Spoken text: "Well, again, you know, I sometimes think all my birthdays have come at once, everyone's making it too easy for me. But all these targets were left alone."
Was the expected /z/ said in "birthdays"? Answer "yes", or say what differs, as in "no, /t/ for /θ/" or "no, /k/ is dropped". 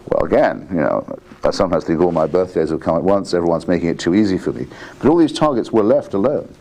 yes